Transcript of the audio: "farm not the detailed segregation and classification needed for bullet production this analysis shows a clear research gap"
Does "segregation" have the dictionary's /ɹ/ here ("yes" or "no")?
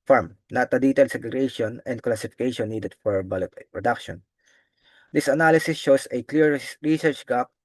no